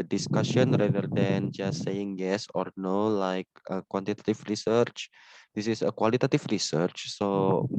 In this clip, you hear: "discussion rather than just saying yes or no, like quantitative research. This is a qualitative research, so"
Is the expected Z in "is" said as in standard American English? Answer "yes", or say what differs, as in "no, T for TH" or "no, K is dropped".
no, S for Z